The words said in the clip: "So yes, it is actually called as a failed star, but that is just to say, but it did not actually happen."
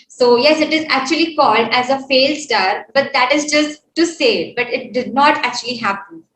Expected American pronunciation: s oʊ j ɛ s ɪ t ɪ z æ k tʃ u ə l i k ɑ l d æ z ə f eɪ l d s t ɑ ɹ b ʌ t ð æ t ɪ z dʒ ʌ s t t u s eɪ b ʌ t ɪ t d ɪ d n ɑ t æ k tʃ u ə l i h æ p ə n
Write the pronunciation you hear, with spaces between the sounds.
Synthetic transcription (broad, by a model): s oʊ j ɛ s ɪ t ɪ z æ k tʃ u ə l i k ɑ l d æ z ə f eɪ l s t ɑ ɹ b ʌ t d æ t ɪ z dʒ ʌ s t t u s eɪ b ʌ t ɪ t d ɪ d n ɑ t æ k tʃ u ə l i h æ p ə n